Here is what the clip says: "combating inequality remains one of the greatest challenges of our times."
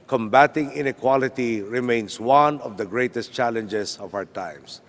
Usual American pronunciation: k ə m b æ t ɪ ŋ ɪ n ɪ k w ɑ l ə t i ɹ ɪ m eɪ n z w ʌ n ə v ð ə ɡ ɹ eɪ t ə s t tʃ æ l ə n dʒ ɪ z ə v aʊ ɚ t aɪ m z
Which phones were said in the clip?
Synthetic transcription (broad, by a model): k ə m b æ t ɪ ŋ ɪ n ɪ k w ɑ l ə t i ɹ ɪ m eɪ n s w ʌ n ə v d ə ɡ ɹ eɪ t ə s t tʃ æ l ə n dʒ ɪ s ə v aʊ ɚ t aɪ m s